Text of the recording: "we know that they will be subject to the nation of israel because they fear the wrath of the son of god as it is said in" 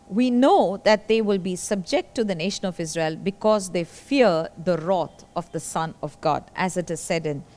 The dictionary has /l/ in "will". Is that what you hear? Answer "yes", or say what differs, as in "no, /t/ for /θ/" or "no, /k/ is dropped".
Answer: yes